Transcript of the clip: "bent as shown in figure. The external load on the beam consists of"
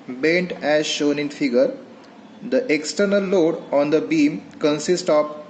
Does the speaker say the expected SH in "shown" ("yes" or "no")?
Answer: yes